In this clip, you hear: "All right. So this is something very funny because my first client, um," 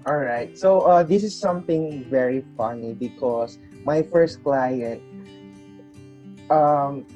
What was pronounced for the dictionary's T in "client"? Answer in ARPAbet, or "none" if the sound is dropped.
T